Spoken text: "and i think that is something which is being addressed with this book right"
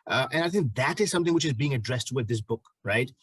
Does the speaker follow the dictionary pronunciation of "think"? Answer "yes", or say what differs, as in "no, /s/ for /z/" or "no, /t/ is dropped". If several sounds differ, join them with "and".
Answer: yes